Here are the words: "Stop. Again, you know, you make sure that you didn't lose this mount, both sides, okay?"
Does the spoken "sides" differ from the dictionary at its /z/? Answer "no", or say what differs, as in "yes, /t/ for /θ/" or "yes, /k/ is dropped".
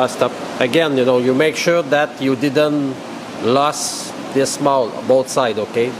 yes, /z/ is dropped